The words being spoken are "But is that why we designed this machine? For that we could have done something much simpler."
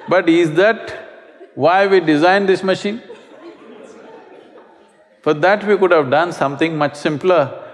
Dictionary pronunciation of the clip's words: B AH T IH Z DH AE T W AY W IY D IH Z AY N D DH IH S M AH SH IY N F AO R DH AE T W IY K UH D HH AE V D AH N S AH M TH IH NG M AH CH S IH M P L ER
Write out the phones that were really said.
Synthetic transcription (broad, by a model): B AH T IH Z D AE T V AY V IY D IH Z AY N D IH S M AH SH IY N F AO R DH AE T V IY K UH D HH AE V D AH N S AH M T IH NG M AH CH S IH M P L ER